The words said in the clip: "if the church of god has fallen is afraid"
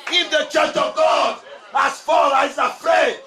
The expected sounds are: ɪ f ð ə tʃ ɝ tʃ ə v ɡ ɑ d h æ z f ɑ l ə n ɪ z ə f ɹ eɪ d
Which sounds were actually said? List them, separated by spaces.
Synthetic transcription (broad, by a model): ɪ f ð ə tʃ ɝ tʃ ə v ɡ ɑ d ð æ s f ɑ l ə ɪ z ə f ɹ eɪ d